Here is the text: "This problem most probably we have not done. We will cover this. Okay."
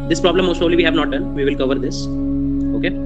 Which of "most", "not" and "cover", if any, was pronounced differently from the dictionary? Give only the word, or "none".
none